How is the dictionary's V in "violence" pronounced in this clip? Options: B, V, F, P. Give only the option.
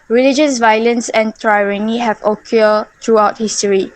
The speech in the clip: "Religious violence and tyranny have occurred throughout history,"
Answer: V